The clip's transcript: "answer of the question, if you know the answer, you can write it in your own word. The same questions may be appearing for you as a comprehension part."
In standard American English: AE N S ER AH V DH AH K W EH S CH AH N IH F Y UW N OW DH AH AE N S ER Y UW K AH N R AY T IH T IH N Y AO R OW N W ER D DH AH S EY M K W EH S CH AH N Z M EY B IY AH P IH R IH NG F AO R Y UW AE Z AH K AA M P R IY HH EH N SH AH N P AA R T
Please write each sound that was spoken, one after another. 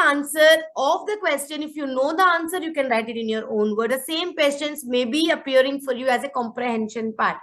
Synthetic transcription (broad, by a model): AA N S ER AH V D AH K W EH S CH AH N IH F Y UW N OW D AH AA N S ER Y UW K AH N R AY T IH T IH N Y AO R OW N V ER D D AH S EY M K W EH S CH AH N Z M EY B IY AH P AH R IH NG F AO R Y UW AE Z AH K AA M P R IY HH EH N SH AH N P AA R T